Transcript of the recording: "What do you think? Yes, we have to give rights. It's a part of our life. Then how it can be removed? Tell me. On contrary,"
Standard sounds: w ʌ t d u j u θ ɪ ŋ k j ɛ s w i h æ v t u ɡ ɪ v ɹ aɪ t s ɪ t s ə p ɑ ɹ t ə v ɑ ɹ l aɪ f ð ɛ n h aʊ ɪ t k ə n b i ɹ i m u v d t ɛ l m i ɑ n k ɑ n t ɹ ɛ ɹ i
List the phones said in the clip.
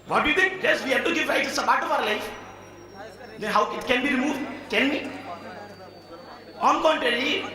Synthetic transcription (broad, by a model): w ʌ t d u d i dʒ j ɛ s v i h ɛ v t u ɡ ɪ v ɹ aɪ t ɪ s ə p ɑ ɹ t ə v ɑ ɹ l aɪ f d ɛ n h aʊ ɪ t k ə n b i ɹ i m u v d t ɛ n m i ɑ n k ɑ n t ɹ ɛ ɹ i